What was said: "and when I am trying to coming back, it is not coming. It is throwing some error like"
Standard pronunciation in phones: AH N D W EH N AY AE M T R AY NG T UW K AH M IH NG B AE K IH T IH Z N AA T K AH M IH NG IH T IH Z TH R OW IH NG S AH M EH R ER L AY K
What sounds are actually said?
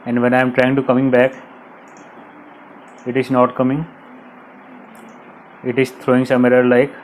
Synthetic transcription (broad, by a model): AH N D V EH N AY M T R AY NG T UW K AH M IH NG B AE K IH T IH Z N AA T K AH M IH NG IH T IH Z T R OW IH NG S AH M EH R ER L AY K